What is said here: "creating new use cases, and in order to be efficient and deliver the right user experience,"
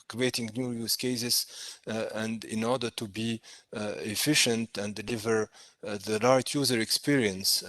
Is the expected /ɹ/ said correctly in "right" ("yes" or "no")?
no